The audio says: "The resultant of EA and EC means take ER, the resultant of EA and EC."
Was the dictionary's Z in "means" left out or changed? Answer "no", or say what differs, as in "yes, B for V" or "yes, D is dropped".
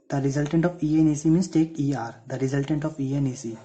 yes, S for Z